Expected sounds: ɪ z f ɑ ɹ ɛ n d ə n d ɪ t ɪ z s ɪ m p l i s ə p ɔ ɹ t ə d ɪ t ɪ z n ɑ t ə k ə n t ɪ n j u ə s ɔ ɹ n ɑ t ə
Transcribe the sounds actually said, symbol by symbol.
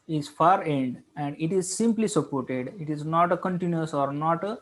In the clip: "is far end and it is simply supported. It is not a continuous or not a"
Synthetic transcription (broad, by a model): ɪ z f ɑ ɹ ɛ n d ə n d ɪ t ɪ z s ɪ m p l i s ə p ɔ ɹ t ə d ɪ t ɪ z n ɑ t ə k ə n t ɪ n j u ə s ɔ ɹ n ɑ t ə